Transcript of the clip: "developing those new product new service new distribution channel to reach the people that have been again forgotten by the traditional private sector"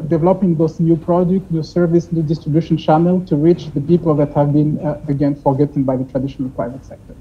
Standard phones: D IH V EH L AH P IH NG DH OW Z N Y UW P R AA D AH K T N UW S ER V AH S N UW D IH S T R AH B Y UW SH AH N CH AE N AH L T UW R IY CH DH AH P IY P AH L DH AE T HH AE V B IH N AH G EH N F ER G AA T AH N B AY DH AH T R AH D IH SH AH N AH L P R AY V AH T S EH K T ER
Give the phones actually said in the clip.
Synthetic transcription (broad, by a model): D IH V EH L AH P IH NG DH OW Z N Y UW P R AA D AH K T N UW S ER V AH S N UW D IH S T R AH B Y UW SH AH N CH AE N AH L T UW R IY CH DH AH P IY P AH L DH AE T HH AE V B IH N AH G EH N F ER G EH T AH N B AY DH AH T R AH D IH SH AH N AH L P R AY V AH T S EH K T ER